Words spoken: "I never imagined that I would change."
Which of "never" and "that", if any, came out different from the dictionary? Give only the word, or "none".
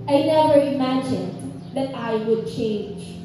never